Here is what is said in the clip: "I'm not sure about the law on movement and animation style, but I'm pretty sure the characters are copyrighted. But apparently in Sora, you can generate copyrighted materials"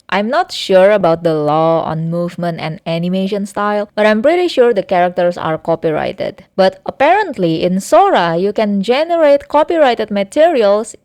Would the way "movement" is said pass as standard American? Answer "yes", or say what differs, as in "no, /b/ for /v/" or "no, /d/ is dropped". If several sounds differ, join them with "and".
yes